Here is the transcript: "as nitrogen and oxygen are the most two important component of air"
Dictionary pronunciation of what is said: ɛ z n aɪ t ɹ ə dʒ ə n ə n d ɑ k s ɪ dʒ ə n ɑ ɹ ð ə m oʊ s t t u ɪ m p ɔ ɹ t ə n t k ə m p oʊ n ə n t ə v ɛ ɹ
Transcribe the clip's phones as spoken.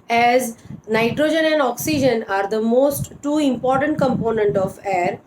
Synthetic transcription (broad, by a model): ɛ z n aɪ t ɹ ə dʒ ə n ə n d ɑ k s ɪ dʒ ə n ɑ ɹ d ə m oʊ s t t u ɪ m p ɔ ɹ t ə n t k ə m p oʊ n ə n t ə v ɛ ɹ